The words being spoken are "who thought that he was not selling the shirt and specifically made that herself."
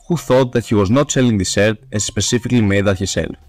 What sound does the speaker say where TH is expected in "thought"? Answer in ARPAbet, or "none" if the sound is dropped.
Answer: TH